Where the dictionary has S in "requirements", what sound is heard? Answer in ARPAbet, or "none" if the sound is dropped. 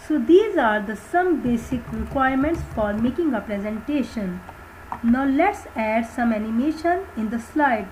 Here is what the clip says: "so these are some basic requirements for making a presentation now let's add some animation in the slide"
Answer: S